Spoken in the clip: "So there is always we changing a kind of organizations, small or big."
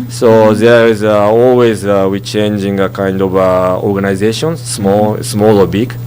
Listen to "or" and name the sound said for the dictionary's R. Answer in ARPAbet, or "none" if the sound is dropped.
L